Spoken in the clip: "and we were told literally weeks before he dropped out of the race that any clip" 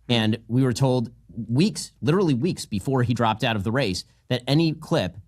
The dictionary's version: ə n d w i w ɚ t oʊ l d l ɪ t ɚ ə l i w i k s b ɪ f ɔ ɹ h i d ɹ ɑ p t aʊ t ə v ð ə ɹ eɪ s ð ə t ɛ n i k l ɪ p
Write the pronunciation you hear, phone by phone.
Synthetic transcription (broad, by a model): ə n w i w ɚ t oʊ l d l ɪ t ɚ l i w i k s b ɪ f ɔ ɹ i d ɹ ɑ p t aʊ t ə v ð ə ɹ eɪ s ð ə t ɛ n i k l ɪ p